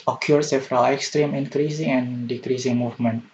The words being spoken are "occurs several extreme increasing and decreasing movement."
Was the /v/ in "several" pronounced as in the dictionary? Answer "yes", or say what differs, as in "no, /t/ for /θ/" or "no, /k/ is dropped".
no, /f/ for /v/